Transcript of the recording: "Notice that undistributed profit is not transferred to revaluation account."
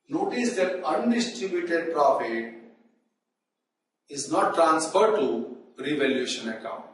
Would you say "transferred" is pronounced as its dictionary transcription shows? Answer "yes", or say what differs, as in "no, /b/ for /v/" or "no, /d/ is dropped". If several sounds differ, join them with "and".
yes